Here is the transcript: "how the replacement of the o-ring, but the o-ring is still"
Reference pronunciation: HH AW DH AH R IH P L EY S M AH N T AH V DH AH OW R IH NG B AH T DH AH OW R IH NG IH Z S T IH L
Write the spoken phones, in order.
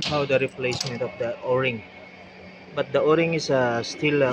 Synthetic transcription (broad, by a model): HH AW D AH R IH P L EY S M AH N T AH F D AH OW R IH NG B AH T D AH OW R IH NG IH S S T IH L